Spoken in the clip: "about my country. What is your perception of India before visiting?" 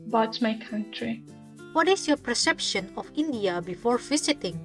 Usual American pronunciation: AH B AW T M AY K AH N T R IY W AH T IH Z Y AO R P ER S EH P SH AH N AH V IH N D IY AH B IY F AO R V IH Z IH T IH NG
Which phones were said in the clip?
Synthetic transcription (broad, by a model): B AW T M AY K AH N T R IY W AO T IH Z Y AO P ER S EH P SH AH N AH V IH N D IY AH B IY F AO R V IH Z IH T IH NG